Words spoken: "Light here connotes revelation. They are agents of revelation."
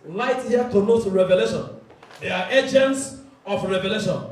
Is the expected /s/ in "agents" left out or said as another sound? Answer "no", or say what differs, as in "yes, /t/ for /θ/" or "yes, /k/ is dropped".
no